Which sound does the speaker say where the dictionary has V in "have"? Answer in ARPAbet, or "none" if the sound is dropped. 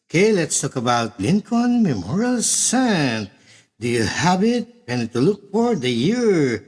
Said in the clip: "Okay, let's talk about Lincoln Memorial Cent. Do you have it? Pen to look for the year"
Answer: B